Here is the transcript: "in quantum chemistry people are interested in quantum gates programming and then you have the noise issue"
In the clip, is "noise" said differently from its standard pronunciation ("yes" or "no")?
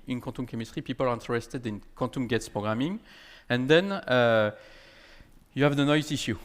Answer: yes